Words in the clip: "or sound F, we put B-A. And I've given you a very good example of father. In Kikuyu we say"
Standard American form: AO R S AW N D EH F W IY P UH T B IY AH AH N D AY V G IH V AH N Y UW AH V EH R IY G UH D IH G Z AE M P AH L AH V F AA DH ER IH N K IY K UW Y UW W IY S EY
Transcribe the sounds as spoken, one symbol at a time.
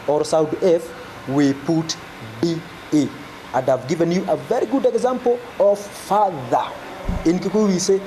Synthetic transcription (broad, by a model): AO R S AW D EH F W IY P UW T B IY AH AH N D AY V G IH V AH N Y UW AH V EH R IY G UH D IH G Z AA M P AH L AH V F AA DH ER IH N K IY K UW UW W IY S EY